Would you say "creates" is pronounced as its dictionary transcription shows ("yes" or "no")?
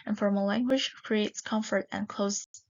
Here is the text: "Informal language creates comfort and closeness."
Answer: yes